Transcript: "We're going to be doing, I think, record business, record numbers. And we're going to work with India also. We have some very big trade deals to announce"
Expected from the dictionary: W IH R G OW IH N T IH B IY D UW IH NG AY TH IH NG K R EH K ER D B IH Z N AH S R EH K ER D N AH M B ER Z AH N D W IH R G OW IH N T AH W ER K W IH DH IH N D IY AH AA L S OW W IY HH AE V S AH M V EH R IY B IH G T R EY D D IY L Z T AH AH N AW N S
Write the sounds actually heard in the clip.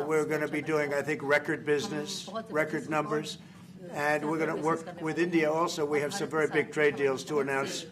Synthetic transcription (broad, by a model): W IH R G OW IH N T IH B IY D UW IH NG AY TH IH NG K R EH K ER D B IH Z N AH S R EH K ER D N AH M B ER Z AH N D W IH R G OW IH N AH W ER K W IH DH IH N D IY AH AA L S OW W IY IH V S AH M V EH R IY B IH G T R EY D D IY L Z T AH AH N AW N S